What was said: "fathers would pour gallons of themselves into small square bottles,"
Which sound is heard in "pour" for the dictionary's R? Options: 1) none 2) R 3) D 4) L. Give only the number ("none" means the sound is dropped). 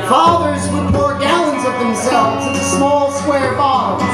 2